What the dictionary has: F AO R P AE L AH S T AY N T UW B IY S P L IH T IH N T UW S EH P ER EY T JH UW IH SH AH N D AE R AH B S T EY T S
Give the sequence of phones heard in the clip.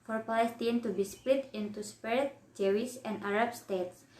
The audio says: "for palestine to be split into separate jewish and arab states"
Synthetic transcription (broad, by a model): F AO R P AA L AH S T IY N T UW B IY S P L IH T IH N T UW S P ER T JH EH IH S AH N D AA R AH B S T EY T S